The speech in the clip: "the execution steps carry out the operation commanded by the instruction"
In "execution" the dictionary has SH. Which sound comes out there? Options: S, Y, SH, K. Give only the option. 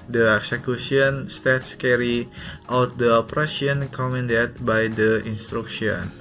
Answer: S